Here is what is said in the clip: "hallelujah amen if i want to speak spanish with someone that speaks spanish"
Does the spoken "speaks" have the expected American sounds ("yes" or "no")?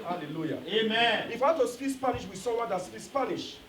no